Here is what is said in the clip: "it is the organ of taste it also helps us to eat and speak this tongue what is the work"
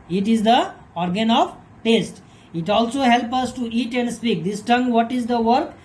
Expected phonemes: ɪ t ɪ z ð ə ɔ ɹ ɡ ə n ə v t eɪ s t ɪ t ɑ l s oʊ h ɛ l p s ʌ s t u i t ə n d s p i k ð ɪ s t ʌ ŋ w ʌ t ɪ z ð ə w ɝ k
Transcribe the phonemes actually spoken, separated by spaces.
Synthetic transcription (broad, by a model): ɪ t ɪ z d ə ɔ ɹ ɡ ə n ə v t eɪ s t ɪ t ɑ l s oʊ h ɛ l p ʌ s t u i t ə n d s p i k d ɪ s t ʌ ŋ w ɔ t ɪ z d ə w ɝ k